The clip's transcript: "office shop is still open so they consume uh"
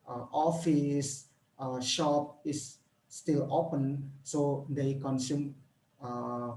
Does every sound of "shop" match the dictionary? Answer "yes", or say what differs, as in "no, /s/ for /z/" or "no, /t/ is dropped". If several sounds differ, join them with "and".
yes